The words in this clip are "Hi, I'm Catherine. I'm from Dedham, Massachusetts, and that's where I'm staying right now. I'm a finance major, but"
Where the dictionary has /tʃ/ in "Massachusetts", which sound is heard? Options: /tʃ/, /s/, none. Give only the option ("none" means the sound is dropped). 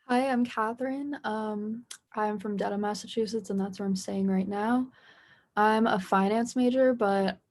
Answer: /tʃ/